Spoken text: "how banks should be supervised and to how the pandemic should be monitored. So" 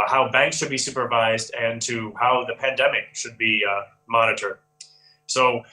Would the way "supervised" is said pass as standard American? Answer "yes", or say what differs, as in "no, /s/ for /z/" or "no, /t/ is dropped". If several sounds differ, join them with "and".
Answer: yes